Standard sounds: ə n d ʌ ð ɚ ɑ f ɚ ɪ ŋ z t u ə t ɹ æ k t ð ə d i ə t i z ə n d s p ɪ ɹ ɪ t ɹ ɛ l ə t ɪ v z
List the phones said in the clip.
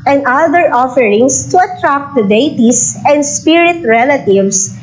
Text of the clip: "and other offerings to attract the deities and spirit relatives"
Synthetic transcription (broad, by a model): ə n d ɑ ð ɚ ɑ f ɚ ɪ ŋ s t u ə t ɹ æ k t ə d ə t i s ə n d s p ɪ ɹ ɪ t ɹ ɛ l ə t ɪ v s